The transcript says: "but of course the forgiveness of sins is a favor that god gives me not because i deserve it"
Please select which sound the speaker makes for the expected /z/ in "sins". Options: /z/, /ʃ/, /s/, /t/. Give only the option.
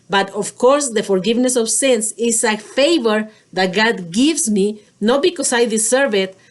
/s/